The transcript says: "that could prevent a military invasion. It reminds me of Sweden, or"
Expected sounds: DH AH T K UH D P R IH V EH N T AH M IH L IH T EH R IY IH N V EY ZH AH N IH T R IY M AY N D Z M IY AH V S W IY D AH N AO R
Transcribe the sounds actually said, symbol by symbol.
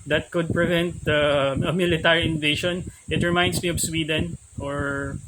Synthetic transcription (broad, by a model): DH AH T K UH D P R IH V EH N T AH M IH L IH T EH R IY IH N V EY SH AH N IH T R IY M AY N D S M IY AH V S W IY D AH N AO R